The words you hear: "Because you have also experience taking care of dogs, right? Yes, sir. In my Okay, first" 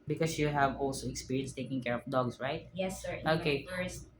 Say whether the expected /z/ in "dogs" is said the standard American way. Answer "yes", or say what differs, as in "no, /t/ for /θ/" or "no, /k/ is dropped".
no, /s/ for /z/